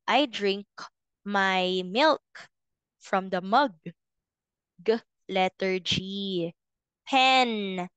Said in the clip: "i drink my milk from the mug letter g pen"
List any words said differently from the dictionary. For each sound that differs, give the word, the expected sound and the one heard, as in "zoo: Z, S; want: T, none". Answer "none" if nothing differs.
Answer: none